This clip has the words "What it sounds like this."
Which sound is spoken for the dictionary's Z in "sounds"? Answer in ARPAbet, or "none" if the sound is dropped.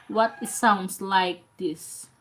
S